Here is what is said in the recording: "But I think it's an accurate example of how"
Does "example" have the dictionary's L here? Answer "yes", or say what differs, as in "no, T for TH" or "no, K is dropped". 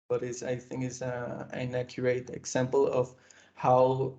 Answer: yes